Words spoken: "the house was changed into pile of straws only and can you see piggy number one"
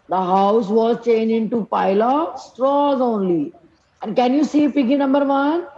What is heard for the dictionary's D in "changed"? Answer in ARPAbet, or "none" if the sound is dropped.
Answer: none